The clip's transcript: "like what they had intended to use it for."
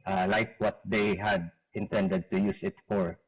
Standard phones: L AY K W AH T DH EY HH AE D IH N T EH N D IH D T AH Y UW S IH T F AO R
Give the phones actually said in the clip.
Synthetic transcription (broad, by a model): L AY K W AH T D EY HH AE D IH N T EH N D IH D T AH Y UW S IH T F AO R